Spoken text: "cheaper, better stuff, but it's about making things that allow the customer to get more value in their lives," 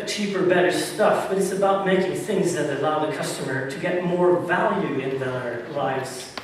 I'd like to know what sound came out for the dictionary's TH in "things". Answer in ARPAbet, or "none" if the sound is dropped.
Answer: TH